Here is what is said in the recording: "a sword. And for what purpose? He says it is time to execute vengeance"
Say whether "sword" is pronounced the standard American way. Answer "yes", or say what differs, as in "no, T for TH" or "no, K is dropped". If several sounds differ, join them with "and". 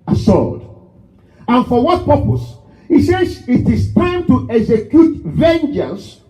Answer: no, L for R